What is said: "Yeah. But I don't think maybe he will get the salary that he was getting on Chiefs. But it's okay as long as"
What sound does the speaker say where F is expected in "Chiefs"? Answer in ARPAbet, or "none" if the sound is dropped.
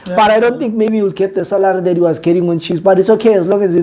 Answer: none